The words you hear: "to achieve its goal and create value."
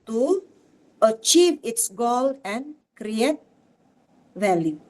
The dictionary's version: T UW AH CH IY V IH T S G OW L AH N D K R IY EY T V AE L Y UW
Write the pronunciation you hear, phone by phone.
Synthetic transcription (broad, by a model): T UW AH CH IY V IH T S G OW L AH N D K R IY EY T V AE L Y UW